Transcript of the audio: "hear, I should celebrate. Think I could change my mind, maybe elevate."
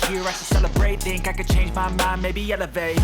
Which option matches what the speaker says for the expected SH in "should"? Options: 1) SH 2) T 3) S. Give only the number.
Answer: 3